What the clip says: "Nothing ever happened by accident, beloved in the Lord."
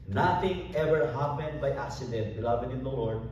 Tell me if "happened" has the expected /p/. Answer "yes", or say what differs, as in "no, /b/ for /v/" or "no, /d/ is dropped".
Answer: yes